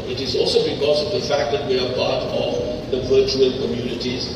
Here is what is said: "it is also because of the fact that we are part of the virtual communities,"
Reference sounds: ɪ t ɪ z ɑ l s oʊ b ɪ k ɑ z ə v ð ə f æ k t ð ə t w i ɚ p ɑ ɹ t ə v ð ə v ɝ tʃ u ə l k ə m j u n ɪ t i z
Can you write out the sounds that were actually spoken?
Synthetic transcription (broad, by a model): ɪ t ɪ z ɑ l s oʊ b ɪ k ɑ z ə v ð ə f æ k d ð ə t w i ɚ p ɑ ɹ t ə v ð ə v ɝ tʃ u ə l k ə m j u n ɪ t i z